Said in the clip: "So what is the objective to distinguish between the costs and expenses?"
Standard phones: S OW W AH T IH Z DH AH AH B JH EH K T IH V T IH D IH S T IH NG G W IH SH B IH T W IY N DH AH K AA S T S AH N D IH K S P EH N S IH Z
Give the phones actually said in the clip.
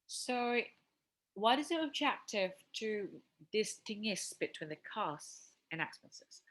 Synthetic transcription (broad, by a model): S OW W AH T IH Z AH AH B JH EH K T IH V T IH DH IH S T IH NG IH S B IH T W IY N DH AH K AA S S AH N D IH K S P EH N S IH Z